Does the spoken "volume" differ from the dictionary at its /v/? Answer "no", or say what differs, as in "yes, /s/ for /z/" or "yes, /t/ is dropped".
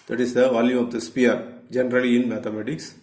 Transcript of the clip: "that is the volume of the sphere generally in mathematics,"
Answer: no